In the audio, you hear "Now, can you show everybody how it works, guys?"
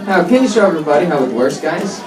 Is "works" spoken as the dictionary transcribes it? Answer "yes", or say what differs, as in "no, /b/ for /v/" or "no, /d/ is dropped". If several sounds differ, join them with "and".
no, /k/ is dropped